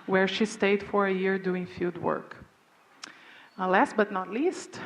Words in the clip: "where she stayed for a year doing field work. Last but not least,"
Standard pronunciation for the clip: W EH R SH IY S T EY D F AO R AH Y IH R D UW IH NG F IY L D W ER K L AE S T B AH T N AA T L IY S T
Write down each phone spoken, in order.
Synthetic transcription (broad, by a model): W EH R SH IY S T EY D F AO R AH Y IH R D UW IH NG F IY L D W ER K L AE S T B AH T N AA T L IY S T